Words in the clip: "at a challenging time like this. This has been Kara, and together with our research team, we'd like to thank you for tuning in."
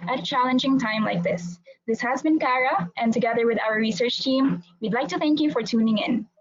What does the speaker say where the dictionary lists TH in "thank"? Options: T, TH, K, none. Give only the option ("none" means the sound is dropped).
TH